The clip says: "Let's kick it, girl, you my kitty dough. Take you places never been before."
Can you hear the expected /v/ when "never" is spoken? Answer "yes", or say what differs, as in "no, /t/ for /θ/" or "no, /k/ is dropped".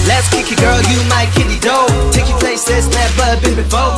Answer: no, /b/ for /v/